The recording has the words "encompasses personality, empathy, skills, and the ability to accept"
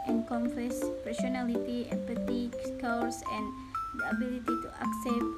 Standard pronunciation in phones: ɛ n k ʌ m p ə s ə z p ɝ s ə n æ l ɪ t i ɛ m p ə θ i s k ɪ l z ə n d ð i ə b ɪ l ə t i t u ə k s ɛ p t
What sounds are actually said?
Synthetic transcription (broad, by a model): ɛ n k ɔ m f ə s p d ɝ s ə n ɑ l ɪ t i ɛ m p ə t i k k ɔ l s ə n d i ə b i l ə t i t u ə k s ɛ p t